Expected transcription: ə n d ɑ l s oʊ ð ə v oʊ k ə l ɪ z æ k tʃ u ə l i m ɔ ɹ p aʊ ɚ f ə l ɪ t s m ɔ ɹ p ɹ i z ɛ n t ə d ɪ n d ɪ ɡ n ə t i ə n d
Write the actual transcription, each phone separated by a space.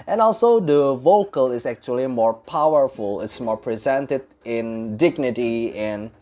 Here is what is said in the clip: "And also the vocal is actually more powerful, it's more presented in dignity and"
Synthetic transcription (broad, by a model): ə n ɑ l s oʊ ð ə v oʊ k ə l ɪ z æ k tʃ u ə l i m ɔ ɹ p aʊ ɚ f ə l ɪ t s m ɔ ɹ p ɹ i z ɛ n t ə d ɪ n d ɪ ɡ n ə t i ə n